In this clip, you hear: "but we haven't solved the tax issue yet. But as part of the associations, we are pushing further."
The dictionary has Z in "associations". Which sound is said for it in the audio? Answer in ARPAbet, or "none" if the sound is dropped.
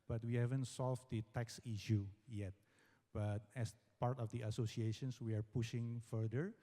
S